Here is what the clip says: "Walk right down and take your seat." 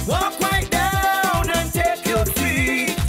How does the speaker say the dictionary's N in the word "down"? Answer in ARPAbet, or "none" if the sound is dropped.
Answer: N